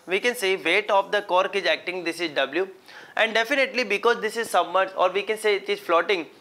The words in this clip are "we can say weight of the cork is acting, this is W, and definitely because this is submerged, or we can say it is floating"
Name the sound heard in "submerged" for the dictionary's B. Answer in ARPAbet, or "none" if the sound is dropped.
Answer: none